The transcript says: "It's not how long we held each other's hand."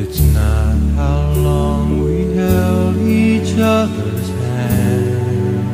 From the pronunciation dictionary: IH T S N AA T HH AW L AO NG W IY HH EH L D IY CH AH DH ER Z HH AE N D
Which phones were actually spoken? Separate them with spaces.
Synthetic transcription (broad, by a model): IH T S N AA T HH AW L AO NG W IY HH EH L IY CH AH DH ER Z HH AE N